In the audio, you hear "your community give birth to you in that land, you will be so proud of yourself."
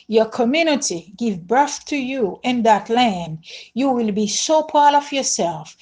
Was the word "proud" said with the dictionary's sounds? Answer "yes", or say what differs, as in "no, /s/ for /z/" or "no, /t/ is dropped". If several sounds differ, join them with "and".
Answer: no, /ɹ/ is dropped